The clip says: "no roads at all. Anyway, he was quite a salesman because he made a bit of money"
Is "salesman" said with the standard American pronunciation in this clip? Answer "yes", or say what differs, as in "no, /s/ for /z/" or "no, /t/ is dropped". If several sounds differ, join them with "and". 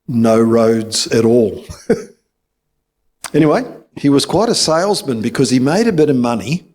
yes